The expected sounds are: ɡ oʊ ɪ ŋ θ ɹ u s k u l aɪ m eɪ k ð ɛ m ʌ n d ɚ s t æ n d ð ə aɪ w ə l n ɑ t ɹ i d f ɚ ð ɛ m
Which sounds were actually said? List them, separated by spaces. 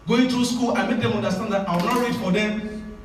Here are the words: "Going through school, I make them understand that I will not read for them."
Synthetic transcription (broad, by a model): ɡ oʊ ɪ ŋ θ ɹ u s k u l aɪ m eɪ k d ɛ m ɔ n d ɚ s t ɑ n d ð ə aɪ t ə w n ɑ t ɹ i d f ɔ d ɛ